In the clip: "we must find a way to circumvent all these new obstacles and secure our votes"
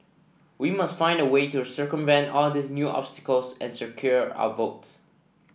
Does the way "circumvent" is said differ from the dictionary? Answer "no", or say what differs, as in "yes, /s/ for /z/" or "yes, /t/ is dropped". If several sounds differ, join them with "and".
no